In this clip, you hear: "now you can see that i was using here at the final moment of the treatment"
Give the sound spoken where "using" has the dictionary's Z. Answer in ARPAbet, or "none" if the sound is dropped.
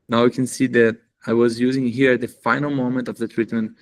Z